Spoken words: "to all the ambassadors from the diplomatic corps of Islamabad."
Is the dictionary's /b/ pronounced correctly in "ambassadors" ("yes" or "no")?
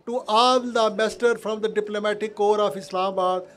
no